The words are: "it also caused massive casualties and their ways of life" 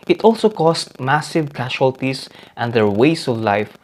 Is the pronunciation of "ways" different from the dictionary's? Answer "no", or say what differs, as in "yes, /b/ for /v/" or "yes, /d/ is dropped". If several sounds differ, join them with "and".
yes, /s/ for /z/